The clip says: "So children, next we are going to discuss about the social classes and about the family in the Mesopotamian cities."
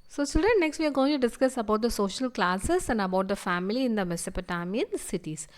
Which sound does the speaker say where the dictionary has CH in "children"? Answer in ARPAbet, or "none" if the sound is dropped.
S